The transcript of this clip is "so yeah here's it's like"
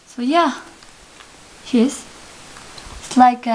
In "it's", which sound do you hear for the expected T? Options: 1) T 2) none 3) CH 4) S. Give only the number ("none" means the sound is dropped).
4